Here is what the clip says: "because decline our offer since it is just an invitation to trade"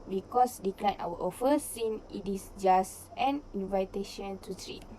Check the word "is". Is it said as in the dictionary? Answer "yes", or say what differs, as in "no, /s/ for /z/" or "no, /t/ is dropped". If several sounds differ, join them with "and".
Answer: no, /s/ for /z/